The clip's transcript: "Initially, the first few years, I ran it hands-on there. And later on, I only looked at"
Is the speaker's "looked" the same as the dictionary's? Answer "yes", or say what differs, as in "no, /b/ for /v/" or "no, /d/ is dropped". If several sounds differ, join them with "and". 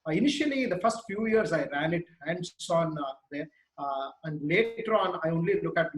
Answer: no, /t/ is dropped